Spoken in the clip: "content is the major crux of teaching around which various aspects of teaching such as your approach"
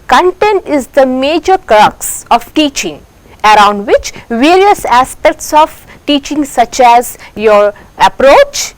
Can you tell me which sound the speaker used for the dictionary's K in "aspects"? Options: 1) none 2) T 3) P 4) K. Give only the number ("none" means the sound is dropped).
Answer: 4